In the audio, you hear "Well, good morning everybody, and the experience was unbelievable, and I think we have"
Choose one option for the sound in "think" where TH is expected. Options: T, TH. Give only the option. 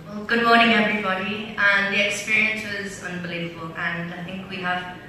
TH